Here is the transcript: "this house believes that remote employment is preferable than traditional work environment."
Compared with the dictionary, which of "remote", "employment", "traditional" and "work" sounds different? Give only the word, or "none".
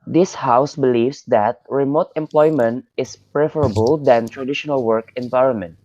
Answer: none